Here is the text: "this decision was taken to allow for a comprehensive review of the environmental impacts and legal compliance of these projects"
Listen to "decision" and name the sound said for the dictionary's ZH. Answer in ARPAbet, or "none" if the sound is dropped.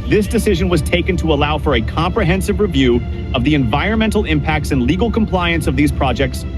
ZH